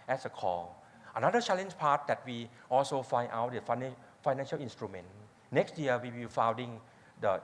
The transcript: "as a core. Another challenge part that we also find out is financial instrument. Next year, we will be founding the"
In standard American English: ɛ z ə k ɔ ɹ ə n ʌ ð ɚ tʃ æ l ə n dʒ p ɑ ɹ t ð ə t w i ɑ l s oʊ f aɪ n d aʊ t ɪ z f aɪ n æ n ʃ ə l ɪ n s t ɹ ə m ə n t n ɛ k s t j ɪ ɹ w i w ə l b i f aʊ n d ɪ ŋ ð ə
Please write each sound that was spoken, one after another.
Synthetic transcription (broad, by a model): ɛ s ə k ɔ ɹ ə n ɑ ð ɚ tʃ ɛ l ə n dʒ p ɑ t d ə t w i ɑ l s oʊ f aɪ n aʊ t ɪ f f aɪ n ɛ n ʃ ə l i n s t ɹ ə m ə n n ɛ k s t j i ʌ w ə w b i f aʊ n d ɪ ŋ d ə